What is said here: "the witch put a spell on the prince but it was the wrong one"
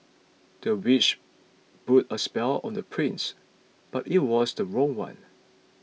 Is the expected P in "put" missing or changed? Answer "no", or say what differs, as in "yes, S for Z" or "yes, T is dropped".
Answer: yes, B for P